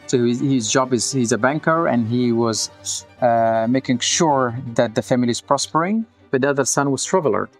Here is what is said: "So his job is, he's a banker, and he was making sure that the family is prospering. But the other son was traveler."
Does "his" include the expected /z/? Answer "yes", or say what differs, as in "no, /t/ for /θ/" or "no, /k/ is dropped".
yes